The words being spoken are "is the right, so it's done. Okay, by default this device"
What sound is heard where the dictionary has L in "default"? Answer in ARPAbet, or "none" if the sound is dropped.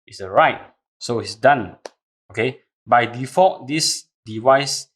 none